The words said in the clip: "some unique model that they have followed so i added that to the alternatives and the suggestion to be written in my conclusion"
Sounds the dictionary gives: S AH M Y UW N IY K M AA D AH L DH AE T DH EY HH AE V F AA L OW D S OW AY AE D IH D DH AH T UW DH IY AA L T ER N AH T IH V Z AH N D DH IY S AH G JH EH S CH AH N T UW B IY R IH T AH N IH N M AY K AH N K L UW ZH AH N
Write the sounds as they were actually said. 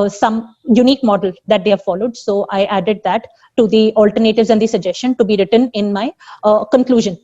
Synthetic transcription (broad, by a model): S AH M Y UW N IY K M AA D AH L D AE T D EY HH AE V F AA L OW D S OW AY AE D IH D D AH T UW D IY AA L T ER N AH T IH V Z AH N D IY S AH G JH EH S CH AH N T UW B IY R IH T AH N IH N M AY K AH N K L UW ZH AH N